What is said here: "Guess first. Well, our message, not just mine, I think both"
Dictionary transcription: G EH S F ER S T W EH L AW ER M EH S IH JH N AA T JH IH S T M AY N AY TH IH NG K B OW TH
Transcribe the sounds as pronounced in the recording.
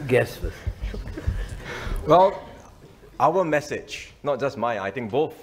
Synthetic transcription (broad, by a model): G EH S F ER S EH W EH L AW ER M EH S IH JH N AA T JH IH S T M AY AY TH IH NG K B OW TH